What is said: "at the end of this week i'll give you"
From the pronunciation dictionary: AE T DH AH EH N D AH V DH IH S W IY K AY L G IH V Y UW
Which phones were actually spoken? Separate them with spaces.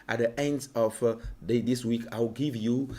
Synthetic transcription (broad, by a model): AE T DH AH EH N D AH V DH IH S W IY K AY W G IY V Y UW